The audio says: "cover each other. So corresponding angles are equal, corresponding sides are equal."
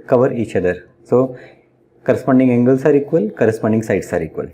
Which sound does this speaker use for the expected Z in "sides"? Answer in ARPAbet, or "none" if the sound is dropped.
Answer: S